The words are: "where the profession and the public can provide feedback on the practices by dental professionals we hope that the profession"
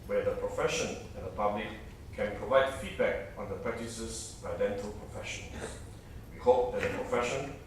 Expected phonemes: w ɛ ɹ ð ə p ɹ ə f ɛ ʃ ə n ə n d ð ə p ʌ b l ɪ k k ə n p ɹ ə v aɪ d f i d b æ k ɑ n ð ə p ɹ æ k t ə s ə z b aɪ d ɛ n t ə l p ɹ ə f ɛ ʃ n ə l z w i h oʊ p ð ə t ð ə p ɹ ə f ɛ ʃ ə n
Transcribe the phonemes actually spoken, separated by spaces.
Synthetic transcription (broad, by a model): w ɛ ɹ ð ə p ɹ ə f ɛ ʃ ə n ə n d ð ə p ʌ b l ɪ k k ə n p ɹ ə v aɪ d f i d b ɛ k ɑ n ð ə p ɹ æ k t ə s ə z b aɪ d ɛ n t ə l p ɹ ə f ɛ ʃ ə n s w i h oʊ p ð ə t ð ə p ɹ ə f ɛ ʃ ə n